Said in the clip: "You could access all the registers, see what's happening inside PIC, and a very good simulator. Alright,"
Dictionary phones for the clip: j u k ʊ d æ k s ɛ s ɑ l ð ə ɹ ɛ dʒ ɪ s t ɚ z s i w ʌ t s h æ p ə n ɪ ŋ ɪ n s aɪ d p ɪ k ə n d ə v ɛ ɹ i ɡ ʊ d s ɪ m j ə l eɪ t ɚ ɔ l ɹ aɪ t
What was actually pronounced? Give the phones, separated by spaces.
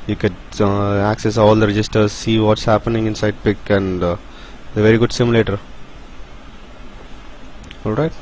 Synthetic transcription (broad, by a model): j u k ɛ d æ k s ɛ s ɑ l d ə ɹ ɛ dʒ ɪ s t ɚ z s i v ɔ t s h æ p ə n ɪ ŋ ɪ n s aɪ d p ɪ k ə n d ə v ɛ ɹ i ɡ ʊ d s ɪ m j l eɪ t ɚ ɔ l ɹ aɪ t